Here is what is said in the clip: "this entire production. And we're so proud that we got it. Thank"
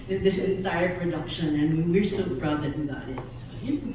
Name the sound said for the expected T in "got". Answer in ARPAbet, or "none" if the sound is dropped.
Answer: none